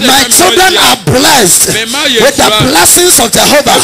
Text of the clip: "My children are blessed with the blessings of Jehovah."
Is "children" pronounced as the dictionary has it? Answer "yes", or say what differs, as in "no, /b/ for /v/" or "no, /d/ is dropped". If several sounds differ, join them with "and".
yes